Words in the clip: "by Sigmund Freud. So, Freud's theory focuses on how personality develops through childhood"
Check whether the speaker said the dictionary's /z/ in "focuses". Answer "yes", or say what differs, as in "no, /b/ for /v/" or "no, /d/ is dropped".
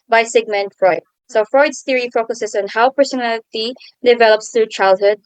no, /s/ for /z/